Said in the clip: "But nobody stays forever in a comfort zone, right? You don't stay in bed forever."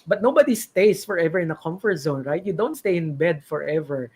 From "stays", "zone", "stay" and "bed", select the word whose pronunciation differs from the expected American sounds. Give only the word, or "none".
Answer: stays